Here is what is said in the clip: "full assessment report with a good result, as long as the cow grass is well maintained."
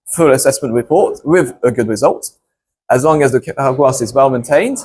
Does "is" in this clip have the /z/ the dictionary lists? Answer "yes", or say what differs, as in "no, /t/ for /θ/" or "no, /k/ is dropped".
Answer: yes